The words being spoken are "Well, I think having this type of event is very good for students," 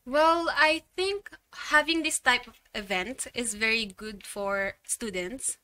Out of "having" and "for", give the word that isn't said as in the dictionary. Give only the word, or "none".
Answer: none